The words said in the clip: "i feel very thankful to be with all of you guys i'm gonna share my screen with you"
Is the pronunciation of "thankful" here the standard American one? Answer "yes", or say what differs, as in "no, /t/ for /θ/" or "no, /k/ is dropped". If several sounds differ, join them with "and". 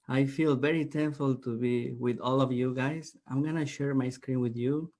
no, /t/ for /θ/